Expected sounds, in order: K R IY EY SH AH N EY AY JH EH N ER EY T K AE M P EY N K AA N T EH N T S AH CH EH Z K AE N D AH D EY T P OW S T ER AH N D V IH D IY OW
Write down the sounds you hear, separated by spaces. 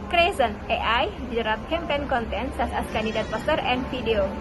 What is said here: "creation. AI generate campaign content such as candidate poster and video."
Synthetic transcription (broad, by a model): K R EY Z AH N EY AY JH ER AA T K AE M P EY N K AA N T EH N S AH S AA S K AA N D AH D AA T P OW S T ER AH N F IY D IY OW